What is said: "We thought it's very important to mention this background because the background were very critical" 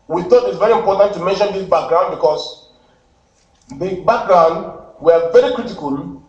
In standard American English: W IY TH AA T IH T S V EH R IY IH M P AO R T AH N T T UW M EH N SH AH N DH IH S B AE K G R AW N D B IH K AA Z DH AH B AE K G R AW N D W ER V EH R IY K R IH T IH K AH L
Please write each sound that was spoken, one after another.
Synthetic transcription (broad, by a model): W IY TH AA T IH T S V EH R IY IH M P AO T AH N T T UW M EH N SH AH N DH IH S B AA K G R AW N B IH K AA S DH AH B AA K G R AW N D W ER V EH R IY K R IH T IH K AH L